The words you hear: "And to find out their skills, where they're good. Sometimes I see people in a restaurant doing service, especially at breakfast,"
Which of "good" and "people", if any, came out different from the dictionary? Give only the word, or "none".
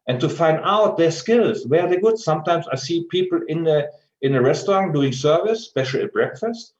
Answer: people